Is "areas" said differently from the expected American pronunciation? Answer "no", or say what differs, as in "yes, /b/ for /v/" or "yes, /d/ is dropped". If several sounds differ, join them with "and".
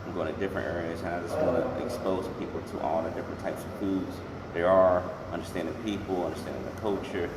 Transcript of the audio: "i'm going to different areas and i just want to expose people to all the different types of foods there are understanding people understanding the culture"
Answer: no